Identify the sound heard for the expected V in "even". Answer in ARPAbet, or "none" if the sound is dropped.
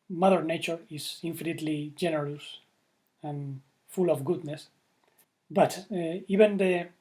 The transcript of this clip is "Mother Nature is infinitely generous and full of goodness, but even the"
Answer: B